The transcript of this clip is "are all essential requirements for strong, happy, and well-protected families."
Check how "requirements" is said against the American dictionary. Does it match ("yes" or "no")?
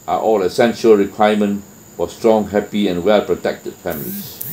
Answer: no